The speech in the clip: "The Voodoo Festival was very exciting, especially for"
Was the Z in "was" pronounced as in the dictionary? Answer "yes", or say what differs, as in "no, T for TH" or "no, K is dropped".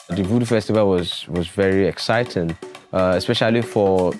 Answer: yes